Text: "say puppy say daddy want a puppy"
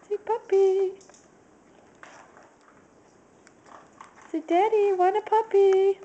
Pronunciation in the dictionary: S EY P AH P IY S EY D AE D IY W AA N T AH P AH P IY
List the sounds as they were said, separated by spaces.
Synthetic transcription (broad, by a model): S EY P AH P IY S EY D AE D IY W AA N AH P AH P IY